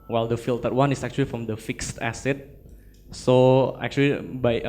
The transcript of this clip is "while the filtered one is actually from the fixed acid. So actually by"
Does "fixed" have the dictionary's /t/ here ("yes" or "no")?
yes